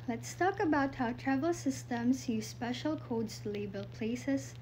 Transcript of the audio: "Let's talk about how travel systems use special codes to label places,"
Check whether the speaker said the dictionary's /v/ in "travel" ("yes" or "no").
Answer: yes